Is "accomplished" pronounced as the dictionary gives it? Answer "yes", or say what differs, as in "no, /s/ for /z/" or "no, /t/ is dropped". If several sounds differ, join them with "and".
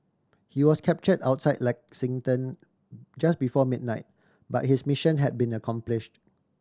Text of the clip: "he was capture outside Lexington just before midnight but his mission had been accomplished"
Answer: yes